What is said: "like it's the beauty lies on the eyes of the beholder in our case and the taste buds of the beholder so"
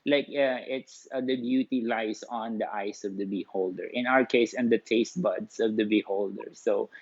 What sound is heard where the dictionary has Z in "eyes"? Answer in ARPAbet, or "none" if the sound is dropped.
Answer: S